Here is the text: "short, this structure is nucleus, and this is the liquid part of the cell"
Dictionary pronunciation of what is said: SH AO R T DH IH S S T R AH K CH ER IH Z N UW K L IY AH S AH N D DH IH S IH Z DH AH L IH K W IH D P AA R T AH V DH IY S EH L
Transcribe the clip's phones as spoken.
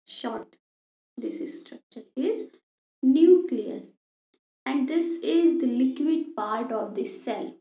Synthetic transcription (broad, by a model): SH AO R T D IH S S T R AH K CH ER IH Z N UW K L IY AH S AH N D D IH S IH Z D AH L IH K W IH D P AA R T AH V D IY S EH L